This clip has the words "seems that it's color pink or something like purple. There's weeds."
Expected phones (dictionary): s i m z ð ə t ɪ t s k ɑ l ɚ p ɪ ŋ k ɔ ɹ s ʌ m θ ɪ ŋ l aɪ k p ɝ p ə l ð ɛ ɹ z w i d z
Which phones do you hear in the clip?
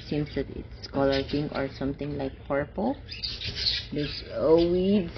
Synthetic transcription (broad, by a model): s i m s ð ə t ɪ t s k ɑ l ɚ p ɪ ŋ ɔ ɹ s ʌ m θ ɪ ŋ l aɪ k p ɝ p ə l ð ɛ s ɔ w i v